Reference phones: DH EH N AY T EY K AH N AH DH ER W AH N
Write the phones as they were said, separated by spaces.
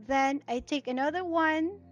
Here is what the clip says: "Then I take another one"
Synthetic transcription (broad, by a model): DH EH N AY T EY K AH N AH DH ER W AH N